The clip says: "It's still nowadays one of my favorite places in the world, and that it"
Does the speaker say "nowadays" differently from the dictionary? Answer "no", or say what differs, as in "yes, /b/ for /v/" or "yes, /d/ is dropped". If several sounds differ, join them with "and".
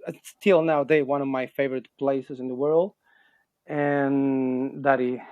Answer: yes, /z/ is dropped